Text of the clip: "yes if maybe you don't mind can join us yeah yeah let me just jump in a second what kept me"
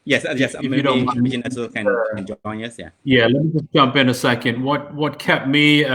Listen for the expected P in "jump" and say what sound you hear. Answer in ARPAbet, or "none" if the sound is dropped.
P